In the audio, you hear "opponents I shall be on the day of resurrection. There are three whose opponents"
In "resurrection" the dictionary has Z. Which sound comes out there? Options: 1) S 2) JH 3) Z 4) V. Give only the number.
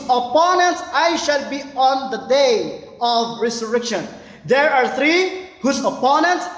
1